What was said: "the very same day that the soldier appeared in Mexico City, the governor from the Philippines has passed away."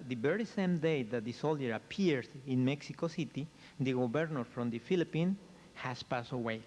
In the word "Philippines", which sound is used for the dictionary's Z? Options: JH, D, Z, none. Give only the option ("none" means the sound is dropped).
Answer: none